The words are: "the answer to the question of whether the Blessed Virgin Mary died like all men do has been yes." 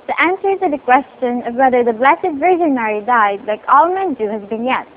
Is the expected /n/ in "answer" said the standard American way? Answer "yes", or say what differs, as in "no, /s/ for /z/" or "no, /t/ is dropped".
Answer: yes